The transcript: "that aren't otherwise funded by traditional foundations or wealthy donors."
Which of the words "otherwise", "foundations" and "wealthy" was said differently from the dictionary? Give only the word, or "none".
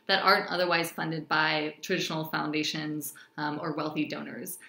none